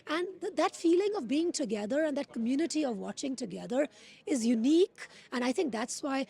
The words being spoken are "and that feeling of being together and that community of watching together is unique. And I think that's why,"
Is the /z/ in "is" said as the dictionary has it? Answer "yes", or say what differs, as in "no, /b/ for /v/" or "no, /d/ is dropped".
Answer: yes